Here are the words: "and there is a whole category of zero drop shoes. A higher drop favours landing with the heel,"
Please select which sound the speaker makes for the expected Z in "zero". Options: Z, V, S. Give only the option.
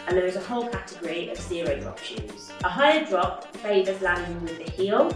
S